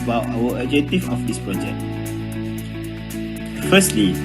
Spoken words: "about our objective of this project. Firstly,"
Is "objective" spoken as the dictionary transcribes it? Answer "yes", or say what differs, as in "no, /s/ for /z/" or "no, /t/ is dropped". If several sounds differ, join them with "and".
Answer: no, /b/ is dropped